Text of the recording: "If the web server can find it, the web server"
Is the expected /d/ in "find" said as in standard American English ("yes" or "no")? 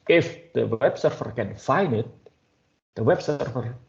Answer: no